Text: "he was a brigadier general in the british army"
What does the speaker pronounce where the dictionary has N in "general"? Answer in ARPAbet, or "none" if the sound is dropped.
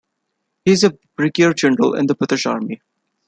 N